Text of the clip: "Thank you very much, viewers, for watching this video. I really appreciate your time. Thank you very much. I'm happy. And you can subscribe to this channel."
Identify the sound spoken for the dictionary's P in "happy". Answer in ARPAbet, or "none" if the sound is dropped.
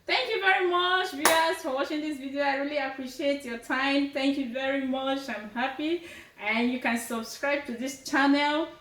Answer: P